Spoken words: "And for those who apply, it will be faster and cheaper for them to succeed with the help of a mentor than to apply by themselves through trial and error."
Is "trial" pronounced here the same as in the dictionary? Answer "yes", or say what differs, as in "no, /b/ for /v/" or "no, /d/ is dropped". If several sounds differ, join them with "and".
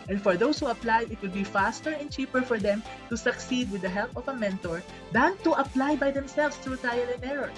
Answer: no, /ɹ/ is dropped